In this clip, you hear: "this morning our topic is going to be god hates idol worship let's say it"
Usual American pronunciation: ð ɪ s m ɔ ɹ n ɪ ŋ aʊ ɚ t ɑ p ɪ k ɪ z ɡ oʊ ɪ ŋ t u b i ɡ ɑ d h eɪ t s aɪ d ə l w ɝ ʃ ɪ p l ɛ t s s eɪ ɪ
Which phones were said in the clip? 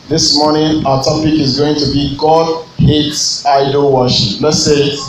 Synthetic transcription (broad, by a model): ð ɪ s m ɔ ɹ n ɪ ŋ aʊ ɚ t ɑ p ɪ k ɪ z ɡ oʊ ɪ ŋ t u b i ɡ ɑ d h eɪ t s aɪ d ə l w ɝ ʃ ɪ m l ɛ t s s eɪ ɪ